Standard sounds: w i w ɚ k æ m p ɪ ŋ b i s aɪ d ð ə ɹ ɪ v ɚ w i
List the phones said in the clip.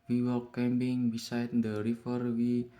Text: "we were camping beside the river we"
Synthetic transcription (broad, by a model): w i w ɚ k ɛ m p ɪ ŋ b i s aɪ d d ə ɹ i f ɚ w i